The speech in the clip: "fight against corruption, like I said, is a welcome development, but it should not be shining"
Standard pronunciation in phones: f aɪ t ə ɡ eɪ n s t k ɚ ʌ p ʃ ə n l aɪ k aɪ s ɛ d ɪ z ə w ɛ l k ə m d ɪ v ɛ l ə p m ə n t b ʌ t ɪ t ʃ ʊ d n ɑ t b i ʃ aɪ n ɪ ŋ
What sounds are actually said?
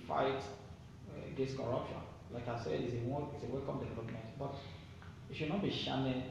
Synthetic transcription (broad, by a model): f aɪ t ɡ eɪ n s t k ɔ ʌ p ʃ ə n l aɪ k aɪ s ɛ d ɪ s ə w ɛ l k ə m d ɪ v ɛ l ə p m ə n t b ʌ t ɪ t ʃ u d n ɑ t b i ʃ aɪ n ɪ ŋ